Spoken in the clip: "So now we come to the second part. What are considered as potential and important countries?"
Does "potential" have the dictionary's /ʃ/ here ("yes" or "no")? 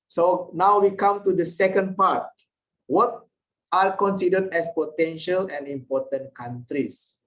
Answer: yes